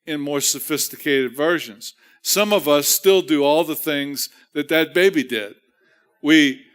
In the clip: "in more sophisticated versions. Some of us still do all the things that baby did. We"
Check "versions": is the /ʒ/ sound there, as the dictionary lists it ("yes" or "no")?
yes